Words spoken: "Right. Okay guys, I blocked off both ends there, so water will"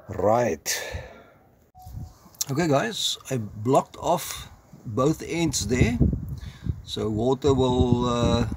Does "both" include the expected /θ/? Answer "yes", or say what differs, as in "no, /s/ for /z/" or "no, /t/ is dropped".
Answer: yes